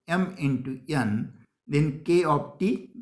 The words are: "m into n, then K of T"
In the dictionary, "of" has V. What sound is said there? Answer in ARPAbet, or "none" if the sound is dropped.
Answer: P